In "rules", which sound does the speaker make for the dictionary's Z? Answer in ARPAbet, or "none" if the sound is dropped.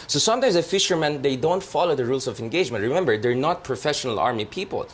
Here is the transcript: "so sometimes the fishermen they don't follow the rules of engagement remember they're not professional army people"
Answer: S